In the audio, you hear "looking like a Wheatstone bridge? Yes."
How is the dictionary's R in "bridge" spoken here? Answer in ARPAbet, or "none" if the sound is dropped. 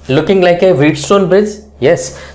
none